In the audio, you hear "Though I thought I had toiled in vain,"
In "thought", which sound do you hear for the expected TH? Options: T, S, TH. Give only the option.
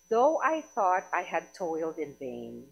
TH